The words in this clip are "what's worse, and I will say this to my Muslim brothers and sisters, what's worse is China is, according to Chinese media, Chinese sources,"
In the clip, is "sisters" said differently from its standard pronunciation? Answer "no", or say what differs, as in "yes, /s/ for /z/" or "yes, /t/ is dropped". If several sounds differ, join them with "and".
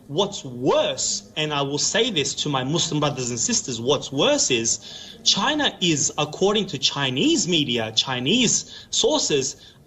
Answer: no